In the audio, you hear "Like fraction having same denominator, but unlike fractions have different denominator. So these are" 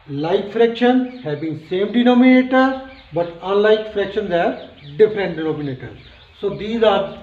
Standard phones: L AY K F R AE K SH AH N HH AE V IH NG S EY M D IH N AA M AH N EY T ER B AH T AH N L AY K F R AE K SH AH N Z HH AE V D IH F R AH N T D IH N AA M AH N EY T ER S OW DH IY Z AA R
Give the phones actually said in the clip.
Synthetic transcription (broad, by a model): L AY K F R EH K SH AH N HH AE B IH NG S EY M D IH N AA M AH N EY T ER B AH T AH N L AY K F R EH K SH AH N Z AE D D IH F R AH N T D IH N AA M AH N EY T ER S OW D IY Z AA R